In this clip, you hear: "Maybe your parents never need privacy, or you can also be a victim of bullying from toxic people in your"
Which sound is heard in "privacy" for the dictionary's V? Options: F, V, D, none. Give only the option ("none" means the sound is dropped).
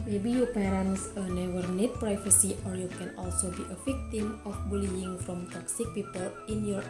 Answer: F